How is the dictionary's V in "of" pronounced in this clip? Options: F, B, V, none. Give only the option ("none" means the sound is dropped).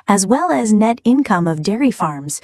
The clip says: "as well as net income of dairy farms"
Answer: V